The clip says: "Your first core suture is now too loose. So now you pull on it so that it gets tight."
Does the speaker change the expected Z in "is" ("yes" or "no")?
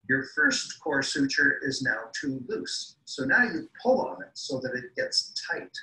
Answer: no